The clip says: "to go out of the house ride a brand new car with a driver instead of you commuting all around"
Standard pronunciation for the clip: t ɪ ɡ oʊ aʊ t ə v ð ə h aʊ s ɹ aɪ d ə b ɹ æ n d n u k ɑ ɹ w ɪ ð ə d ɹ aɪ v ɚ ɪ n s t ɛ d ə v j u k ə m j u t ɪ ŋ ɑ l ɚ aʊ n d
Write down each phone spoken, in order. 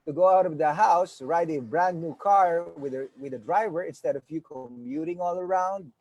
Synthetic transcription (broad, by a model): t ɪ ɡ oʊ aʊ t ə v ð ə h aʊ s ɹ aɪ d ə b ɹ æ n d n u k ɑ ɹ w ɪ ð ə d ɹ aɪ v ɚ ɪ n s t ɛ d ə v j u k ə m j u t ɪ ŋ ɑ l ɚ aʊ n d